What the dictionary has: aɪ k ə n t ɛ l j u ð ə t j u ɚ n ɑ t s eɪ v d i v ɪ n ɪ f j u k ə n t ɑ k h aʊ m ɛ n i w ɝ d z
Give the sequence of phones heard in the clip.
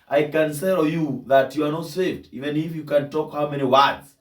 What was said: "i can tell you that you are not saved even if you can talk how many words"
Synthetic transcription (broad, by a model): aɪ k ə n s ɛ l j u ð ə t j u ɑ n ɑ t s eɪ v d i v ɪ n ɪ f j u k ə n t ɑ k h aʊ m ɛ n i w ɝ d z